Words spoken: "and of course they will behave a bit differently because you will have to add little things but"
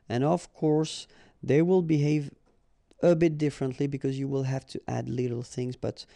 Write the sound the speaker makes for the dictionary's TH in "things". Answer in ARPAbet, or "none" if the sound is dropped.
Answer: TH